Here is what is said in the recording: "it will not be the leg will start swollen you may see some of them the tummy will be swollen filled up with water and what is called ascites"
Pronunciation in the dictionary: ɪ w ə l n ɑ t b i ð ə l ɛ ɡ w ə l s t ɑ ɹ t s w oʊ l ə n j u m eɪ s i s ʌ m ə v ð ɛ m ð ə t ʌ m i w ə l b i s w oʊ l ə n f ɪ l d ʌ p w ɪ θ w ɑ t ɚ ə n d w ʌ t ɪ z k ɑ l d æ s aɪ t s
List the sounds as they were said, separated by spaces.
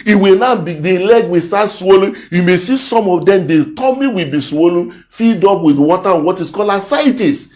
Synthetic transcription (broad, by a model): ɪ w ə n ɑ b i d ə l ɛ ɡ w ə s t ɑ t s w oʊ l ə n j u m eɪ s i s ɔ m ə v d ɛ m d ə t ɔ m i w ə b i s w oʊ l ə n f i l d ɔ p w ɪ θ w ɑ t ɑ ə n w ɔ t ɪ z k ɑ l ɑ s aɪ t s